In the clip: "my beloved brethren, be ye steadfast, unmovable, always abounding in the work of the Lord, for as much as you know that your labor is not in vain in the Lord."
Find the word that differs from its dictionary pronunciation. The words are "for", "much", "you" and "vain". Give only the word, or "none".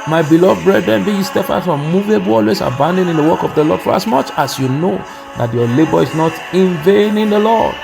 none